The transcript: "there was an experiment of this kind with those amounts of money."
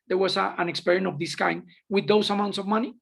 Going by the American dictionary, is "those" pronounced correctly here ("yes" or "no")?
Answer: no